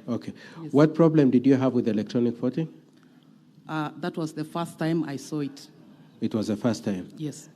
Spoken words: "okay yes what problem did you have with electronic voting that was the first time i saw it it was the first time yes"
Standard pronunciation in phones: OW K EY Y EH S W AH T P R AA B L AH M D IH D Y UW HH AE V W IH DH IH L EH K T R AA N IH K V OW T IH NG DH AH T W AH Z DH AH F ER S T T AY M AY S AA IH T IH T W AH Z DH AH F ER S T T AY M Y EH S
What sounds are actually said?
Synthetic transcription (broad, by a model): OW K EY W AH T P R AA B L AH M D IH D Y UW HH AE V W IH DH IH L EH K T R AA N IH K F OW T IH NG DH AH T W AH Z DH AH F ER S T T AY M AY S AA IH T IH T W AH Z DH AH F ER S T T AY M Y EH S